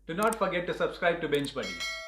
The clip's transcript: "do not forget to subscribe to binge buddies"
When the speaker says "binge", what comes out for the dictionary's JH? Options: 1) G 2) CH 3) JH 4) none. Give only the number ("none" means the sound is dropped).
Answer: 2